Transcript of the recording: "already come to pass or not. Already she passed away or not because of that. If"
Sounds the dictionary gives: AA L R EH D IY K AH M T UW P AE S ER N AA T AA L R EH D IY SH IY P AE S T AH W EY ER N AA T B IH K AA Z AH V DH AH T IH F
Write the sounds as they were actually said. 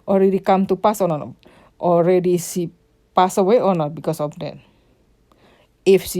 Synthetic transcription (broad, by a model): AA L R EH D IY K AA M T UW P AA S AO N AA T AA L R EH D IY S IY P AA S AH W EY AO N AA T B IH K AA S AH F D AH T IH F